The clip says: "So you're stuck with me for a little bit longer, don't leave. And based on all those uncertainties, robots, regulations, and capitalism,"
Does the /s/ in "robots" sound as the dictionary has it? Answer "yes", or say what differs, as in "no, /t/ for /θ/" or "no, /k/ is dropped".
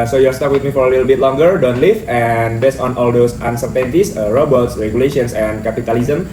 yes